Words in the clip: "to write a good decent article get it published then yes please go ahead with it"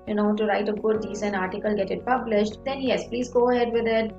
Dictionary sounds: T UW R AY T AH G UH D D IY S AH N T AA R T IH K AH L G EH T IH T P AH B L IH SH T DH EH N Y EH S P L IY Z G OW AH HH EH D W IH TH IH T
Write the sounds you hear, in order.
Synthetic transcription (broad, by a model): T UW R AY T AH G UH D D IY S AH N AA R T IH K AH L G EH T IH T P AH B L IH SH T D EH N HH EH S P L IY Z G OW AH HH EH D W IH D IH T